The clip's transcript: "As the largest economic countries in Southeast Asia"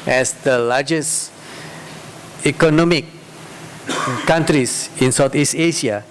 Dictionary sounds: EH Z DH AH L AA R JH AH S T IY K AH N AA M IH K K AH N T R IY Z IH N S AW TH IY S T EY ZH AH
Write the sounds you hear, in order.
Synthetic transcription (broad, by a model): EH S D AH L AA JH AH S IY K AH N AA M IH K K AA N T R IY S IH N S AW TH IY S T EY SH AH